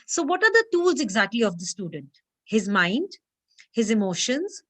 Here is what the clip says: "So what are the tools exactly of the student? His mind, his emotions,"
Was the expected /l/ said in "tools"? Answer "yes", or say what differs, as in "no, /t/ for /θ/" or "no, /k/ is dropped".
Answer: yes